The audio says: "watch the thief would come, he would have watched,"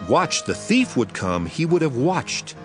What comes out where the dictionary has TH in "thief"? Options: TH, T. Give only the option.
TH